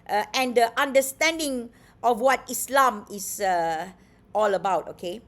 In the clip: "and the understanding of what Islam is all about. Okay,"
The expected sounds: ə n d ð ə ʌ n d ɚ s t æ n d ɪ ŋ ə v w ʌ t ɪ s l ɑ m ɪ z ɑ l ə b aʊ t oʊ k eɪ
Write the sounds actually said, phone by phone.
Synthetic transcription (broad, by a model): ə n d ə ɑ n d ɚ s t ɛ n d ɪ ŋ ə f w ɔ t ɪ s l ɑ m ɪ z ɑ l ə b aʊ t oʊ k eɪ